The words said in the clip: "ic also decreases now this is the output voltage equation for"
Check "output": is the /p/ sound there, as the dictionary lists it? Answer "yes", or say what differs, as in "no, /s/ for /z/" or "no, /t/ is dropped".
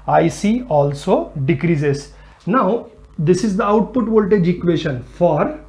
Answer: yes